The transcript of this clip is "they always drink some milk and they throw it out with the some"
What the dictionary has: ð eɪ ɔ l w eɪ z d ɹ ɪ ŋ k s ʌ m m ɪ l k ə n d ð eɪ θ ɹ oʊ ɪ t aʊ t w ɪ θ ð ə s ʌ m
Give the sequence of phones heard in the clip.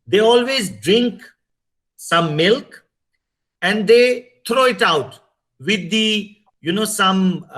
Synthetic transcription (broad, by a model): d eɪ ɔ l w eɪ z d ɹ ɪ ŋ k s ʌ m m ɪ l k ə n d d eɪ t ɹ oʊ ɪ t aʊ t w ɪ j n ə s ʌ m